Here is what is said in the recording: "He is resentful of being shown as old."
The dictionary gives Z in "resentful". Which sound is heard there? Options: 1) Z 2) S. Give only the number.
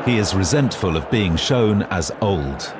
1